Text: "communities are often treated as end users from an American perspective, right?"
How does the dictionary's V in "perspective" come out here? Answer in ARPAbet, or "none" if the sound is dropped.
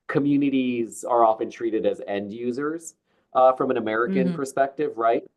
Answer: V